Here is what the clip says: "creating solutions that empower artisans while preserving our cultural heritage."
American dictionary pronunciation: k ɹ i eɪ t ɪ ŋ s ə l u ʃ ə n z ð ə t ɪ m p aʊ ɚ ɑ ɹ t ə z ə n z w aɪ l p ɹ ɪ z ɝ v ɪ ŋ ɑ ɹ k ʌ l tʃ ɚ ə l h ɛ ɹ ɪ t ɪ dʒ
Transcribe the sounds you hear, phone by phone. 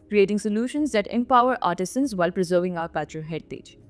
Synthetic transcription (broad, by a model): k ɹ i eɪ t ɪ ŋ s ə l u ʃ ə n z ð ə t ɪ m p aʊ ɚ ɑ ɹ t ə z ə n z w aɪ l p ɹ ɪ z ɝ v ɪ ŋ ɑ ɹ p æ tʃ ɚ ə h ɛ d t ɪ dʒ